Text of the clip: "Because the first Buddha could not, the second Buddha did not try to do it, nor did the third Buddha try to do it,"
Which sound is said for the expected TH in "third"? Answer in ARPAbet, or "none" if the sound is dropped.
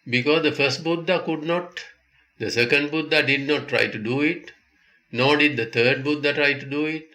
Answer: T